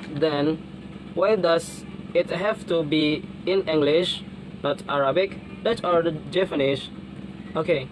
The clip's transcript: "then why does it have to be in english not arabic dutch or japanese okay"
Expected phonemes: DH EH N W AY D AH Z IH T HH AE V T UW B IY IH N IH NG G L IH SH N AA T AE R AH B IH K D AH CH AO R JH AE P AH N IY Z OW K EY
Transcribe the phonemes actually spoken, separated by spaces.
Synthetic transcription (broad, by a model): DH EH N W AY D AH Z IH T HH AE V T UW B IY IH N IH NG G L IH SH N AA T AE R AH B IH K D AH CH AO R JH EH F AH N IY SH OW K EY